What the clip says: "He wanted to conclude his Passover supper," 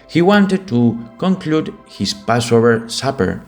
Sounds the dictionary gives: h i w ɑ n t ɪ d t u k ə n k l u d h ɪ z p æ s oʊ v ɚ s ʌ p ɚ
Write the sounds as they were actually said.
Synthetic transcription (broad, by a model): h i w ɑ n t ɪ d t u k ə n k l u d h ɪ s p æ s oʊ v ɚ s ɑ p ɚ